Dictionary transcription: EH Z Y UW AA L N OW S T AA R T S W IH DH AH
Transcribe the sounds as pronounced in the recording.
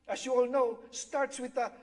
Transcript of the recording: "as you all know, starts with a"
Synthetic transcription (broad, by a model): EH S Y UW AA L N OW S T AA R T S W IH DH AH